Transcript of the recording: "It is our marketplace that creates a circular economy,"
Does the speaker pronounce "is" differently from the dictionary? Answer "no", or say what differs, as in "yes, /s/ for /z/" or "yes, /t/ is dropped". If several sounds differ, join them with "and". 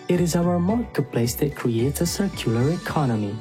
no